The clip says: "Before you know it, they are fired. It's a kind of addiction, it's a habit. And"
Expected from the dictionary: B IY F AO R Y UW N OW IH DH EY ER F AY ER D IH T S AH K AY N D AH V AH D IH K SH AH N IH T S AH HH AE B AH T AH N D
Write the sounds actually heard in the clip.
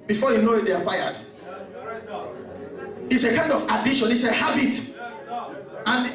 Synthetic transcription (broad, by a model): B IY F AO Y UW N OW IH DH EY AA F AY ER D IH T S AH K AY N D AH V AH D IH SH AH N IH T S AH HH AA B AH T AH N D